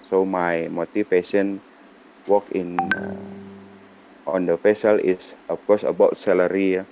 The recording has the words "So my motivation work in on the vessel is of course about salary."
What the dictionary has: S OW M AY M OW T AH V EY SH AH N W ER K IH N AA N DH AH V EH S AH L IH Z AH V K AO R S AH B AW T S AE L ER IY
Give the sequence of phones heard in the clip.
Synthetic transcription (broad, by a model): S OW M AY M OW T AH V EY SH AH N W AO K IH N AA N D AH F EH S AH L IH S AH F K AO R S AH B AW T S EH L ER IY